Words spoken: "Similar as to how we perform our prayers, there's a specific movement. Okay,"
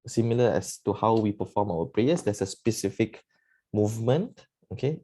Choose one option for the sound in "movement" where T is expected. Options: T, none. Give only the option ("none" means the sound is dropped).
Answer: T